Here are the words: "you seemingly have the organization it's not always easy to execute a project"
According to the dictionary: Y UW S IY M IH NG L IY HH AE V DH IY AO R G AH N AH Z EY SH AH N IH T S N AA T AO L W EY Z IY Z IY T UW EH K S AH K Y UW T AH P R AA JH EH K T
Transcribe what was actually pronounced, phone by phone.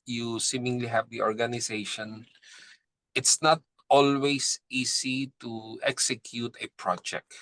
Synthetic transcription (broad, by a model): Y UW S IY M IH NG L IY HH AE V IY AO R G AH N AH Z EY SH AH N IH T S N AA T AO L W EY S IY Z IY T UW EH K S AH K Y UW T AH P R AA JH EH K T